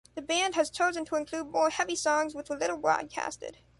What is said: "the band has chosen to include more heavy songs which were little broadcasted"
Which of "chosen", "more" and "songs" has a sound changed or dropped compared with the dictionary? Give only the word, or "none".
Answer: none